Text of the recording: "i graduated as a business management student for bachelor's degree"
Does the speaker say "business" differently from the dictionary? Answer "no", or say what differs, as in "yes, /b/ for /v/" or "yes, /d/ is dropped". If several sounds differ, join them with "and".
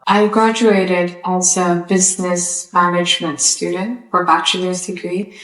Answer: no